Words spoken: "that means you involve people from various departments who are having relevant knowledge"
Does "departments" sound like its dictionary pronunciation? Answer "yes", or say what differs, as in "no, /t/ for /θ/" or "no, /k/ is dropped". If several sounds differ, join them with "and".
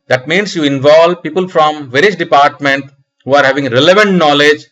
no, /s/ is dropped